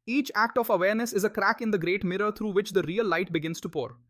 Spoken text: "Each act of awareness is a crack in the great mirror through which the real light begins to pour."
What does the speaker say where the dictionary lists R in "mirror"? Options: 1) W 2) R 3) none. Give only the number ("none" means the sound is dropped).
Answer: 2